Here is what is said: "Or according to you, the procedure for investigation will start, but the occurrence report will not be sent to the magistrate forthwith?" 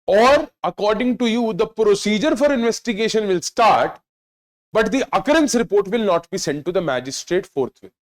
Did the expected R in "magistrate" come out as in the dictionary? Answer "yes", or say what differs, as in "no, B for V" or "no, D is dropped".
yes